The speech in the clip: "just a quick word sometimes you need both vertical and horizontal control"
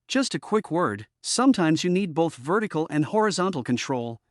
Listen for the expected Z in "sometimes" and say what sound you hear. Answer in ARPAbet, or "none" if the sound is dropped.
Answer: Z